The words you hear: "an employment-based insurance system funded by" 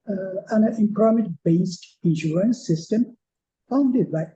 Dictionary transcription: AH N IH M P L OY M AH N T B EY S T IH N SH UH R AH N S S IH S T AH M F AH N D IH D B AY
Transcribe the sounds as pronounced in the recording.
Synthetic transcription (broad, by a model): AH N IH M P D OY M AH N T B EY S T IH N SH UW R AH N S S IH S T AH M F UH N D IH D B AY